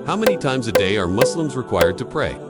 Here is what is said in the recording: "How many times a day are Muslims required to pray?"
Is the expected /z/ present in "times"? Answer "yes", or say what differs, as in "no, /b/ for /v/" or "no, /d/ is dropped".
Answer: yes